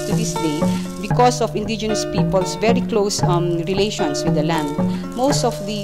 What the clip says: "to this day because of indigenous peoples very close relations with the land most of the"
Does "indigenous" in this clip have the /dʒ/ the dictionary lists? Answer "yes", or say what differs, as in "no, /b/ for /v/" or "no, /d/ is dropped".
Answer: yes